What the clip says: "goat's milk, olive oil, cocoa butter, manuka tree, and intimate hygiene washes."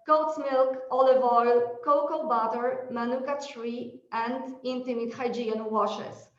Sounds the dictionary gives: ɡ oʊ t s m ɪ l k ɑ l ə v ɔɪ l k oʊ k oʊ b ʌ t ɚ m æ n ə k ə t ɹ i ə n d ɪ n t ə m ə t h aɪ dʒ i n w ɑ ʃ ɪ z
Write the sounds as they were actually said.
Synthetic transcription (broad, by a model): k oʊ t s m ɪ l k ɑ l ə v ɔɪ l k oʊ k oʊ b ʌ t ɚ m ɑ n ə k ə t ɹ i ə n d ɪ n t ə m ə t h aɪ dʒ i n w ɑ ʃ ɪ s